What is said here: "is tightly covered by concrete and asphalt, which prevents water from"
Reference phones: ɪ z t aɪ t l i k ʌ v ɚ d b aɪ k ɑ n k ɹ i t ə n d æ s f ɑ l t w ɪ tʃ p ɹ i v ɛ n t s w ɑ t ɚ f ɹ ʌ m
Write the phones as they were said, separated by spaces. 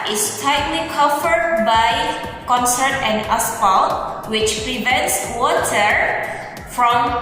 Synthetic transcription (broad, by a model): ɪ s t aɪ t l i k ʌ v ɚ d b aɪ k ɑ n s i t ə n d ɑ s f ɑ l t w ɪ tʃ p ɹ i v ɛ n t s w ɑ t ɚ f ɹ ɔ m